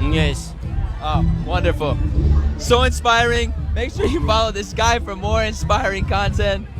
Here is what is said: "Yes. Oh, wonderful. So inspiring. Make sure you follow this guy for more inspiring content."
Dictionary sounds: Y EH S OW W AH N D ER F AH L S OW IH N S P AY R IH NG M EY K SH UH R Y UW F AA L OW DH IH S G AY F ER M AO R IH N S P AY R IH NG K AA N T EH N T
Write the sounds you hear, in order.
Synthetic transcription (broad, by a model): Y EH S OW W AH N D ER F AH L S OW IH N S P AY R IH NG M EY K S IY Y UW F AA L OW DH IH S G AY F ER M AO R IH N S P AY R IH NG K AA N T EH N T